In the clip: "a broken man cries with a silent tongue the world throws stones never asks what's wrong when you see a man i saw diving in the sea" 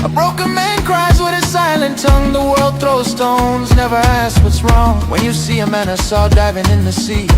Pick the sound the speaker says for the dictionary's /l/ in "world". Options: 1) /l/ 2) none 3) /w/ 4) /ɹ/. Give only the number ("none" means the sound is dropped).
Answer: 1